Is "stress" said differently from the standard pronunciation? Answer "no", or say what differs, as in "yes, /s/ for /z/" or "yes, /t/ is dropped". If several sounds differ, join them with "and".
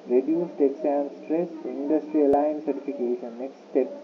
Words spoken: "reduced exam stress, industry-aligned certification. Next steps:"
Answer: no